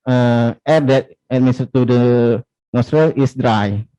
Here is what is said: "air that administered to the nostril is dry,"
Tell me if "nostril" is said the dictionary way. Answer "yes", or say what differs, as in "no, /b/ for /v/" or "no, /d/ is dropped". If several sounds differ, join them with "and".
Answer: yes